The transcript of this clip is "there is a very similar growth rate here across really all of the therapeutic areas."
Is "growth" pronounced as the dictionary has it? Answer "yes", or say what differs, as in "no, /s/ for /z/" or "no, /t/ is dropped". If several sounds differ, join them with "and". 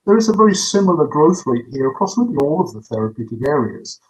yes